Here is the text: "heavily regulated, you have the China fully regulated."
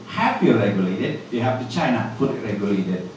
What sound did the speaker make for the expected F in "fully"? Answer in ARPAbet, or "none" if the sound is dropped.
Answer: P